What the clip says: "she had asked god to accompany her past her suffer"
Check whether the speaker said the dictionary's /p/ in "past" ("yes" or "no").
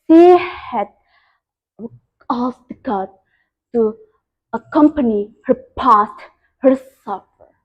yes